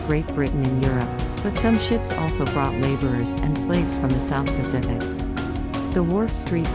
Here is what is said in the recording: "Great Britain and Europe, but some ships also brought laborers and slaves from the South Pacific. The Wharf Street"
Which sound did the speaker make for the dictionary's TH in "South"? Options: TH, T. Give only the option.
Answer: TH